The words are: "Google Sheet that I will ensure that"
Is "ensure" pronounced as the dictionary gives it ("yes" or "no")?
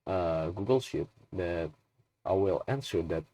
no